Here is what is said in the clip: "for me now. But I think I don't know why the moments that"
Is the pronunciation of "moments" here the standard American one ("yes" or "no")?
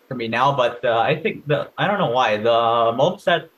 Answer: no